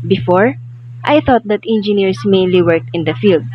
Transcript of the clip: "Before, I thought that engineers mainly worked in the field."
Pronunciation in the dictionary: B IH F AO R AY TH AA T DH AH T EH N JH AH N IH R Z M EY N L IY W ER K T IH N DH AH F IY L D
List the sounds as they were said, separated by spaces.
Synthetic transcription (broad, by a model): B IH F AO R AY TH AA T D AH T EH N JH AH N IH R S M EY N L IY W ER K T IH N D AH F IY L D